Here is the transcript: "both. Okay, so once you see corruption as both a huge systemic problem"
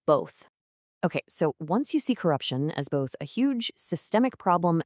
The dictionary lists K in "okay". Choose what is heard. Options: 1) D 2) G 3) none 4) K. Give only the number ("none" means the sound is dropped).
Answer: 4